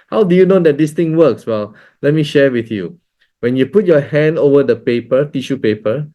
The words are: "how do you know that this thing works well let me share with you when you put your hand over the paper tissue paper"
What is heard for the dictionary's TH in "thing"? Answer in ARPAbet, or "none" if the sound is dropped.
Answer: T